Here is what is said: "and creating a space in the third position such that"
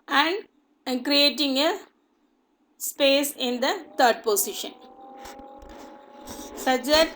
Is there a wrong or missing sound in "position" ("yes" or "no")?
yes